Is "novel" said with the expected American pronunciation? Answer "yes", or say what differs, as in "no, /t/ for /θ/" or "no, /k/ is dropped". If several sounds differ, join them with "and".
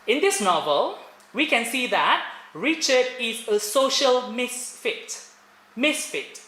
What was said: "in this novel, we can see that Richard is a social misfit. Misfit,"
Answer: yes